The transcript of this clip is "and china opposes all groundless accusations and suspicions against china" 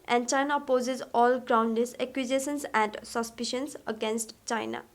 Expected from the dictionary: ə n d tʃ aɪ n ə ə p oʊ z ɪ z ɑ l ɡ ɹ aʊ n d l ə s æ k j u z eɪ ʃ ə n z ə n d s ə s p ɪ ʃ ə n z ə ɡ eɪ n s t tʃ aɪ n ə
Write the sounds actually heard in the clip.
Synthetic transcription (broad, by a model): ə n d tʃ aɪ n ə p oʊ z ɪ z ɑ l ɡ ɹ aʊ n d ə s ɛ k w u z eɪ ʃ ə n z ə n d s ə s p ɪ ʃ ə n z ə ɡ eɪ n s t tʃ aɪ n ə